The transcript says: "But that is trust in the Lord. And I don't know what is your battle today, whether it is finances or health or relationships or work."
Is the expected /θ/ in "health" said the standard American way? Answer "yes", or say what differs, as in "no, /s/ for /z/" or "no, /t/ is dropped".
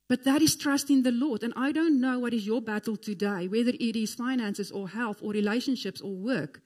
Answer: yes